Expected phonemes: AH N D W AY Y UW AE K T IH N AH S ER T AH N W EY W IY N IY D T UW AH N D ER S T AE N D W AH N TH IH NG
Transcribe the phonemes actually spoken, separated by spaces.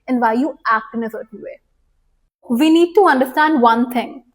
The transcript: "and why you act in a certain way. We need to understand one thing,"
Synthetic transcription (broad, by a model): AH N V AY Y UW AE K T IH N AH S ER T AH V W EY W IY N IY D T UW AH N D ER S T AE N D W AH N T IH NG